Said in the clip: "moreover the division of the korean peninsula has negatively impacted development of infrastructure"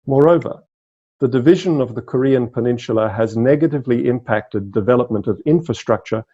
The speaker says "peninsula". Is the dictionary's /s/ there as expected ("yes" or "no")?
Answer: no